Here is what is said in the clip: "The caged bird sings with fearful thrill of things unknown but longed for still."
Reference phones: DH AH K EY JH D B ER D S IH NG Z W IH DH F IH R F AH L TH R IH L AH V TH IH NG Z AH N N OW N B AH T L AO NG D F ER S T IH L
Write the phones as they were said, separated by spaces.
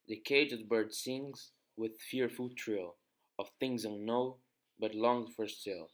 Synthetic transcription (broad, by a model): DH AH K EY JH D B ER D S IH NG Z W IH DH F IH R F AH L T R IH L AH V TH IH NG Z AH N N OW B AH T L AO NG F ER S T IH L